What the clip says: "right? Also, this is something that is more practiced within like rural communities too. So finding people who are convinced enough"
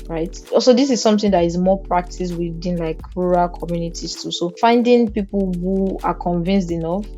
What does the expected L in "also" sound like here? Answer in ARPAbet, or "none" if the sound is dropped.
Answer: none